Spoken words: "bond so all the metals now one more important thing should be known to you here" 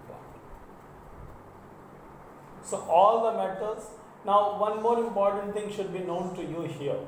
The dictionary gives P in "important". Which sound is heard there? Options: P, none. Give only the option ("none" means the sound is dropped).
P